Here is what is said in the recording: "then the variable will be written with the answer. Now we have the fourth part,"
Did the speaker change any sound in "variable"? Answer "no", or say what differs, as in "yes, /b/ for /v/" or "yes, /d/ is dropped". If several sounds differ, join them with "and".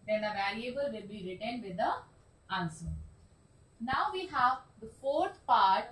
yes, /l/ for /ɹ/